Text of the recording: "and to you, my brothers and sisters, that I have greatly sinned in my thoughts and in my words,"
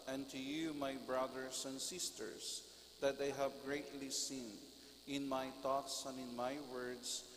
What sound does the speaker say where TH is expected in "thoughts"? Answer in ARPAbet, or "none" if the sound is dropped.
T